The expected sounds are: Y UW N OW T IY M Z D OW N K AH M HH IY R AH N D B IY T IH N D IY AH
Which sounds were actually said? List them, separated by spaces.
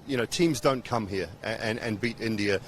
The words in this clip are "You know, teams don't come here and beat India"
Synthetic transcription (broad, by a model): Y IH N OW T IY M Z D OW N K AH M HH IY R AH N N B IY T IH N D IY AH